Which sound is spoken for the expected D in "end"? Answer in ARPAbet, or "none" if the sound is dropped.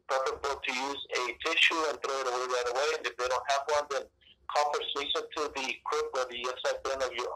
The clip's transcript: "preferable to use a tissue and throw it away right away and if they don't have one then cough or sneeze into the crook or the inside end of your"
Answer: none